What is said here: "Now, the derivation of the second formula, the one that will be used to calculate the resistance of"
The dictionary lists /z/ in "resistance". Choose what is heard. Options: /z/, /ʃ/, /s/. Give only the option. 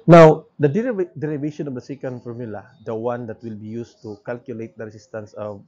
/s/